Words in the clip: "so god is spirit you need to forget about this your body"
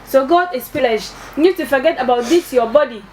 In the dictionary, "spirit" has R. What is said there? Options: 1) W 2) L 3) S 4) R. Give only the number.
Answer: 2